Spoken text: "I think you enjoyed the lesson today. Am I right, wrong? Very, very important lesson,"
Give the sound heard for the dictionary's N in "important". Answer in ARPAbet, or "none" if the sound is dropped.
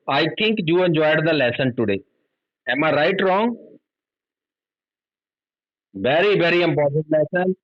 none